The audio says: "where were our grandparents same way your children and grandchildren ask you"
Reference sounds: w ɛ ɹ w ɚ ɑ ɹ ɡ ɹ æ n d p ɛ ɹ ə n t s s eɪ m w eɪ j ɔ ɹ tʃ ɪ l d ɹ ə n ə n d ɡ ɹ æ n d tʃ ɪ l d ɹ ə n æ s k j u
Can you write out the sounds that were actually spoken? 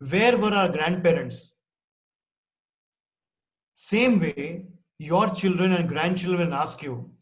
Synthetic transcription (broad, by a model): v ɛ ɹ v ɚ ɑ ɹ ɡ ɹ æ n d p ɛ ɹ ə n t s s eɪ m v eɪ j ɔ ɹ tʃ ɪ l d ɹ ə n ə n d ɡ ɹ æ n d tʃ ɪ l d ɹ ə n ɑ s k j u